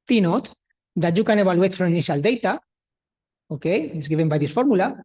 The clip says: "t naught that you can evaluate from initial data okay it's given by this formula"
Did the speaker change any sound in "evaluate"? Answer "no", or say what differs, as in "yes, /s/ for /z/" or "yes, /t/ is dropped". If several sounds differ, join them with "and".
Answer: yes, /b/ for /v/